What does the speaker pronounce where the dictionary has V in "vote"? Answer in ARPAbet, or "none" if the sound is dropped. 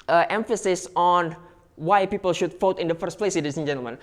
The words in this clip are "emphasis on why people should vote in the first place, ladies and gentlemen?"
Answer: F